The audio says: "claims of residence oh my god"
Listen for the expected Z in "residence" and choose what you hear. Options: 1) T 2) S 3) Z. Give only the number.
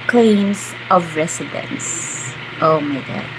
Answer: 2